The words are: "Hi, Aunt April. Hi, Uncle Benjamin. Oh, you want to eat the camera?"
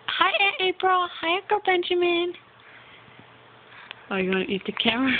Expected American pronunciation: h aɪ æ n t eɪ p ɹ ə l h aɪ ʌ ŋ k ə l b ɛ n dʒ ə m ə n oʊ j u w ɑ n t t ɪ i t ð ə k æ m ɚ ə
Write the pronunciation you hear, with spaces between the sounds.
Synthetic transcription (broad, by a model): h aɪ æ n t eɪ p ɹ ə l h aɪ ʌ k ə b ɛ n dʒ ə m ə n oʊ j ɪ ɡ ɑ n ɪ i t ð ə k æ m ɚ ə